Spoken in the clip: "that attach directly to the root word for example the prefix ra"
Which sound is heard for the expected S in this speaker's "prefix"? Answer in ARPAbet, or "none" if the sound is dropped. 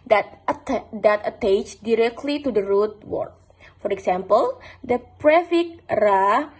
none